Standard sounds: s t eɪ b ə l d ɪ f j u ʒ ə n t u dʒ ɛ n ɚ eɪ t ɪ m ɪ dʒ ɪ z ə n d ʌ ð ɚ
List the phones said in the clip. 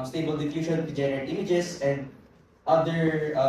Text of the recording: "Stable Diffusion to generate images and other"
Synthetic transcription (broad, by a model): s t eɪ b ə l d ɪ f j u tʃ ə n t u dʒ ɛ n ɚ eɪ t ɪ m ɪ dʒ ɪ s ə n d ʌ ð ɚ